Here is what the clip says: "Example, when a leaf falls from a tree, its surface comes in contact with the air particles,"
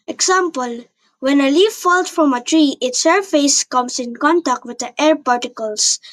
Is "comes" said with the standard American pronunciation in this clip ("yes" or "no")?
no